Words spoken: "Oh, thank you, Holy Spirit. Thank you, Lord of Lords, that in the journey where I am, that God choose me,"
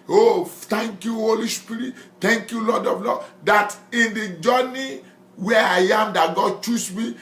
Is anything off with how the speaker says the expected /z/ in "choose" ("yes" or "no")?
yes